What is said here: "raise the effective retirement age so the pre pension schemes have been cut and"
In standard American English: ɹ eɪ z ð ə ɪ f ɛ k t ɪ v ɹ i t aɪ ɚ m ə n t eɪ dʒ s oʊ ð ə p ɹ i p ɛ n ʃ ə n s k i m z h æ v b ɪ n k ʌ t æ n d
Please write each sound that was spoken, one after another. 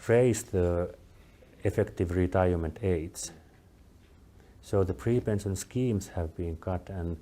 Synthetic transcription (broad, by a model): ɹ eɪ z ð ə ɪ f ɛ k t ɪ v ɹ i t aɪ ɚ m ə n t eɪ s s oʊ ð ə p ɹ i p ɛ n s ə n s k i m s h æ v b ɪ n k ʌ t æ n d